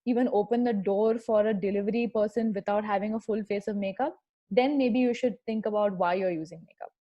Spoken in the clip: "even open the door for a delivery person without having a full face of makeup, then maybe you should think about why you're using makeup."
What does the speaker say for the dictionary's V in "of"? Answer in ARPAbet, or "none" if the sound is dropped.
V